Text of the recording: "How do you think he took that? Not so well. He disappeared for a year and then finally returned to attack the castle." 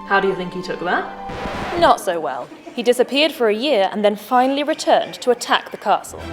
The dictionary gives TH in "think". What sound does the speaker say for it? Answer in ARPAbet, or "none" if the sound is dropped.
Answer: TH